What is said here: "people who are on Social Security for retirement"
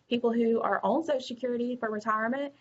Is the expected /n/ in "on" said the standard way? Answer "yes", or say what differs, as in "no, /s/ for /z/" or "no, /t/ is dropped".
no, /l/ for /n/